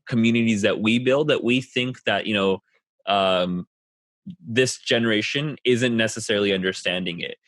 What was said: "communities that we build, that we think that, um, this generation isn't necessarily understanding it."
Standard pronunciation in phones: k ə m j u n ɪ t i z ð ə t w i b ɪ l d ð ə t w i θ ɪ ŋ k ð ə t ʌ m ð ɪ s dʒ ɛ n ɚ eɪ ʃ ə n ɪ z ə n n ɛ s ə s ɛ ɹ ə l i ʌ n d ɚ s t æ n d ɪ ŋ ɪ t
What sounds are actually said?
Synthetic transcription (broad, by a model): k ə m j u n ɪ t i z ð ə t w i b ɪ l d ð ə t w i θ ɪ ŋ k ð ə t ʌ m ð ɪ s dʒ ɛ n ɚ eɪ ʃ ə n ɪ z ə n n ɛ s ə s ɛ ɹ l i ʌ n d ɚ s t æ n d ɪ ŋ ɪ t